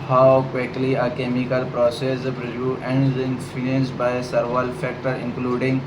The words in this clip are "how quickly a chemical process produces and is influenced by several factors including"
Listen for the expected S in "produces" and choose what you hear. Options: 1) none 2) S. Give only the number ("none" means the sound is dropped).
1